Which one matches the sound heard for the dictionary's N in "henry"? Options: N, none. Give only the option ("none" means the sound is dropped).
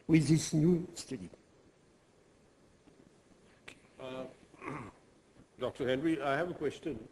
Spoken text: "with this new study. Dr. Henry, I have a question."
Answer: N